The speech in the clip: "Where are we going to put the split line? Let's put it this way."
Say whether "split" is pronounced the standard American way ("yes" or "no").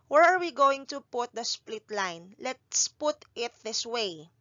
yes